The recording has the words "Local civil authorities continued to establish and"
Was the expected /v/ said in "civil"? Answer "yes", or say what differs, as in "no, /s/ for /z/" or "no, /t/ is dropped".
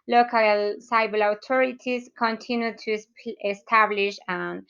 no, /b/ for /v/